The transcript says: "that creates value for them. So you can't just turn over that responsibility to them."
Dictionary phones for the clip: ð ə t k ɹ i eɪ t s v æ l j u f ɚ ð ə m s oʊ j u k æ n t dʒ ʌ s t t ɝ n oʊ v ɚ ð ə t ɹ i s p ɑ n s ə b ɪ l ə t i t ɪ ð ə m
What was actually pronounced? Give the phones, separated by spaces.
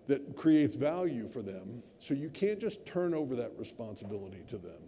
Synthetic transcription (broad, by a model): ð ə t k ɹ i eɪ t s v æ l j u f ɚ ð ə m s oʊ j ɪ k æ n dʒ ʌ s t t ɝ n oʊ v ɚ ð ə t ɹ i s p ɑ n s ə b ɪ l ə t i t ɪ ð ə m